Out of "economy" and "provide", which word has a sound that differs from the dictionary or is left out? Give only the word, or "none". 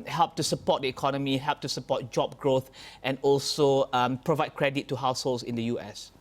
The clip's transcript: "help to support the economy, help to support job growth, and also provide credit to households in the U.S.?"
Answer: none